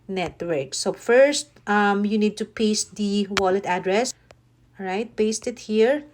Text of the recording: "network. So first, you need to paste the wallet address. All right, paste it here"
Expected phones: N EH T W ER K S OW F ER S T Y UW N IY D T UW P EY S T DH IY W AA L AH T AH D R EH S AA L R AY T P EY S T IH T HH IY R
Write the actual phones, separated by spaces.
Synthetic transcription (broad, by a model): N EH T W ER K S OW F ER S T Y UW N IY D T UW P EY S T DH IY W AA L AH T AH D R EH S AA R AY T P EY S T IH T HH IY R